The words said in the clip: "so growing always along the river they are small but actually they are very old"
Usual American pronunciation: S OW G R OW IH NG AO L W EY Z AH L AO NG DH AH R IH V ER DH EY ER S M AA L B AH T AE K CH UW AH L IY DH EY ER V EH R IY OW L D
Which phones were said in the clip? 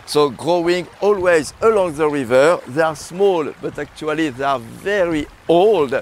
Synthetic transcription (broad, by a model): S OW G R OW IH NG AO L W EY Z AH L AO NG DH AH R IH V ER DH EY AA S M AA L B AH T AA K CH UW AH L IY DH EY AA V EH R IY OW L D